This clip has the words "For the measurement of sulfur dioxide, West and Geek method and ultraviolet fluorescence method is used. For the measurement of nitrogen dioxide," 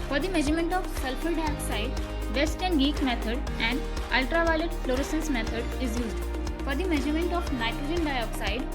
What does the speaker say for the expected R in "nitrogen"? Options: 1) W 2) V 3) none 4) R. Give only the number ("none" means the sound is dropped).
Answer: 3